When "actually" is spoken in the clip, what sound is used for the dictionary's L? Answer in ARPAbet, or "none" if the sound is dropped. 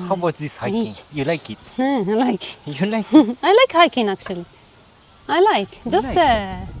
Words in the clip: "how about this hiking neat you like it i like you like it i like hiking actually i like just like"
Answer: L